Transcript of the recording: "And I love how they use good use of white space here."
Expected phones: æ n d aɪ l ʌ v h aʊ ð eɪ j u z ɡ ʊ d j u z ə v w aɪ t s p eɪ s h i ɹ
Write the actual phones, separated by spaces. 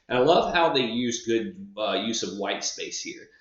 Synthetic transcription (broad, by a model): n aɪ l ʌ v h aʊ ð eɪ j u z ɡ ʊ d j u z ə v w aɪ t s p eɪ s h i ɹ